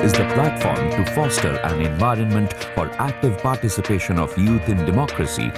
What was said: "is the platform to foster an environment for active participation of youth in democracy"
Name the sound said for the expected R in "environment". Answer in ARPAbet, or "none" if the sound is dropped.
R